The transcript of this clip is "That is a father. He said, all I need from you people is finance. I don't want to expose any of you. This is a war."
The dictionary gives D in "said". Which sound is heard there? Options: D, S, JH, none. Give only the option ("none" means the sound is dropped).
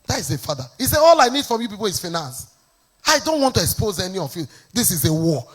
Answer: none